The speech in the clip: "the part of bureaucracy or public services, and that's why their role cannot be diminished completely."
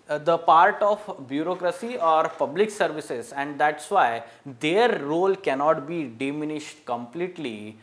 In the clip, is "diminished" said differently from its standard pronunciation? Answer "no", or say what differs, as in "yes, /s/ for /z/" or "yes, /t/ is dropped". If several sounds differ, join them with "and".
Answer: no